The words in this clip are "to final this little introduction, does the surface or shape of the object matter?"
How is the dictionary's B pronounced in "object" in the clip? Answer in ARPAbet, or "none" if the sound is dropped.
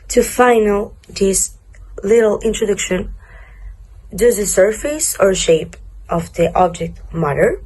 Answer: B